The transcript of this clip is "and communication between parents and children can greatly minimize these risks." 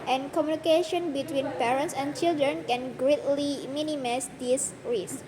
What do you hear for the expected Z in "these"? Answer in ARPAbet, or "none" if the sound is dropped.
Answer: S